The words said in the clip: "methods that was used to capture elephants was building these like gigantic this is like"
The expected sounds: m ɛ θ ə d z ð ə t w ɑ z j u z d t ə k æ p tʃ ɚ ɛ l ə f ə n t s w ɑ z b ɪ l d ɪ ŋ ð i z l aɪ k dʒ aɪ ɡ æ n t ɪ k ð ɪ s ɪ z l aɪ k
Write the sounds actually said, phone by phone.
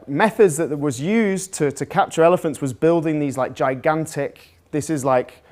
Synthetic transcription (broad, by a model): m ɛ θ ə d z ð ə t w ɑ z j u z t t ə k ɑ p tʃ ɚ ɛ l ə f ə n t s w ɑ z b ɪ l d ɪ ŋ ð i z l aɪ k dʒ aɪ ɡ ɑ n t ɪ k ð ɪ s ɪ z l aɪ k